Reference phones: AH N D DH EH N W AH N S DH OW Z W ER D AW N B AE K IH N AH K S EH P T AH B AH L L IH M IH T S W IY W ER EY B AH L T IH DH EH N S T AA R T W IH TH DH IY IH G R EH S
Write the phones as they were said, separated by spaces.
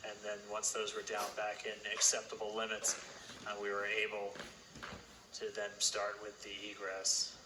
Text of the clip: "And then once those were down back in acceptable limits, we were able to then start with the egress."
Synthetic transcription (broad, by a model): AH N DH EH N W AH N S DH OW Z W ER D AW N B AE K IH N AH K S EH P T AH B L L IH M IH T S W IY W ER EY B L T IH DH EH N S T AA R T W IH DH IY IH G R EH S